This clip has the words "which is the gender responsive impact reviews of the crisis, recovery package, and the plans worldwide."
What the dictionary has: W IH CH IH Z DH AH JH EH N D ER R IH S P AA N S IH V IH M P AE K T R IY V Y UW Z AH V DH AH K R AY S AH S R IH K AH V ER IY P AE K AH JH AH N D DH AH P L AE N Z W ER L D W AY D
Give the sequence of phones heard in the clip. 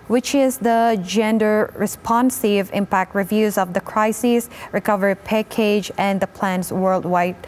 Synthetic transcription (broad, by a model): W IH CH IH Z DH AH JH EH N D ER R IH S P AA N S IH V IH M P AE K T R IY V Y UW Z AH V DH AH K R AY S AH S R IH K AH V ER IY P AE K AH JH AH N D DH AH P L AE N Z W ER L D W AY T